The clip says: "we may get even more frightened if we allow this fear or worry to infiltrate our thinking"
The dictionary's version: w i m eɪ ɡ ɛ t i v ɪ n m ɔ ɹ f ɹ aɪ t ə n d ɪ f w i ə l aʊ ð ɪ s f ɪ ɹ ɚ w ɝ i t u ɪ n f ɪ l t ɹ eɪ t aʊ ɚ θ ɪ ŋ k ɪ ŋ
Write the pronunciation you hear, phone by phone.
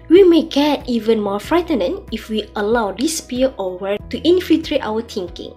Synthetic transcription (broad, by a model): w i m eɪ ɡ ɛ t i v ɪ n m ɔ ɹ f ɹ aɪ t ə n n ɪ f w i ə l aʊ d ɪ s p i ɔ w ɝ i t u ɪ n f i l t ɹ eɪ t aʊ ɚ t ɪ ŋ k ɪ ŋ